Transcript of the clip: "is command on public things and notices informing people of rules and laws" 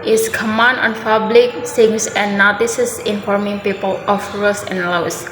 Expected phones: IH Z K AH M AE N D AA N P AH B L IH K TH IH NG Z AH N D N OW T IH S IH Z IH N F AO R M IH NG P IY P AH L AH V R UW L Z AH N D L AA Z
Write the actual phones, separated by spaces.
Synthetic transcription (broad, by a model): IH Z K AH M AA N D AA N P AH B L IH K S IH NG S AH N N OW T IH S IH S IH N F AO R M IH NG P IY P AH L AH F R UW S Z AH N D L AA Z